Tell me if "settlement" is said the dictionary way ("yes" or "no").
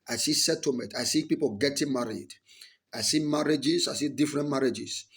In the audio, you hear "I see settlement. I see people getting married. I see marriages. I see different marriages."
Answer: no